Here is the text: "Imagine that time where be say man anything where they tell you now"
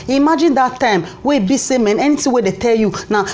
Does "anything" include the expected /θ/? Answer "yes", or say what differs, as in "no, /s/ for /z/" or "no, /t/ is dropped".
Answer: no, /t/ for /θ/